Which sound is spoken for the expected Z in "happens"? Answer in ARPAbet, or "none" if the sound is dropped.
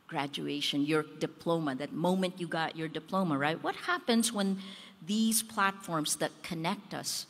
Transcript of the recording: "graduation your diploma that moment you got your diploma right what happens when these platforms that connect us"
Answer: Z